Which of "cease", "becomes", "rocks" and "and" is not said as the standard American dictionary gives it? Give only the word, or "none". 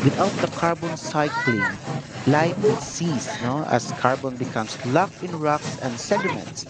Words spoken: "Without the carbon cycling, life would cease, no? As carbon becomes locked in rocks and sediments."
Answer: becomes